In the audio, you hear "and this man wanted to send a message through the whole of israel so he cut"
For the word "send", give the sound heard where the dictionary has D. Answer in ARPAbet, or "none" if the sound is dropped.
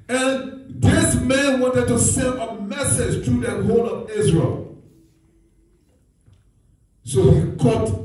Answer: none